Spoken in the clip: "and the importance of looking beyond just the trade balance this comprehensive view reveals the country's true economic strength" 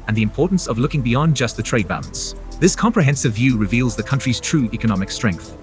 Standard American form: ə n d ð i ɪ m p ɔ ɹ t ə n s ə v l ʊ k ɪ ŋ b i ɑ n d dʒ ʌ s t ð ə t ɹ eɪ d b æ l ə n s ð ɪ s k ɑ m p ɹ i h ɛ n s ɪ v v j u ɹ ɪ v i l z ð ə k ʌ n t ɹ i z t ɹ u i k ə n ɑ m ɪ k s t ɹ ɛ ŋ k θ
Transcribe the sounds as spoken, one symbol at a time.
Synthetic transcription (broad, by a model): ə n ð i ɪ m p ɔ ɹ t n s ə v l ʊ k ɪ ŋ b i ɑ n dʒ ʌ s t ð ə t ɹ eɪ d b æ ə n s ð ɪ s k ɑ m p ɹ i h ɛ n s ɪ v v j u ɹ ɪ v i l z ð ə k ʌ n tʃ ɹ i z t ɹ u i k ə n ɑ m ɪ k s t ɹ ɛ ŋ k θ